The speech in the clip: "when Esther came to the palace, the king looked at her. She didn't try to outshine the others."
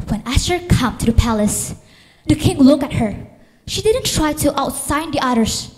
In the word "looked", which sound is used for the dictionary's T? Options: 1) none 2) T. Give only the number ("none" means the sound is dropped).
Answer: 1